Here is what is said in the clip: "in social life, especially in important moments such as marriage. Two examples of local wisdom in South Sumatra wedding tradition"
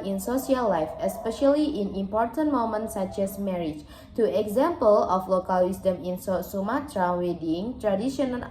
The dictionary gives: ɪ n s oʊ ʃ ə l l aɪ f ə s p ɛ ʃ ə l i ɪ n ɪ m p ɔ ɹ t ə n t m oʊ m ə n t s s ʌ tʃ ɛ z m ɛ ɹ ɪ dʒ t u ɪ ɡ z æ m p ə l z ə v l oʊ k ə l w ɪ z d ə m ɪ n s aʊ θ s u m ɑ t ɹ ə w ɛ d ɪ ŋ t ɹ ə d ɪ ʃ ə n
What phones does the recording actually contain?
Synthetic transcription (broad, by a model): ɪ n s oʊ s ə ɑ l aɪ f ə s p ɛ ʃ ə l i ɪ n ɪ m p ɔ ɹ t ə n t m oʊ m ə n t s s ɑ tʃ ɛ s m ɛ ɹ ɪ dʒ t u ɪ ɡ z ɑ m p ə l ə f l oʊ k ə l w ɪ s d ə m ɪ n s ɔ s u m ɑ t ɹ ə w ɛ d ɪ ŋ t ɹ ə d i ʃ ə n